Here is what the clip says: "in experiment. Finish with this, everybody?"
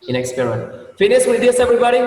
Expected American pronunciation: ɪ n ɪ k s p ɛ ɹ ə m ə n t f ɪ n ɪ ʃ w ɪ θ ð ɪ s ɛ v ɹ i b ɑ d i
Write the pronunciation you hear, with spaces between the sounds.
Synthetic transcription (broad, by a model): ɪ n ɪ k s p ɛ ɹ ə ə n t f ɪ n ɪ s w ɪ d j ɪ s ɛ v ɹ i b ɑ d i